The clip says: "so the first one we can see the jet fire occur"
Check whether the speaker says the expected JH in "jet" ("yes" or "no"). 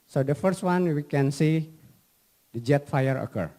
yes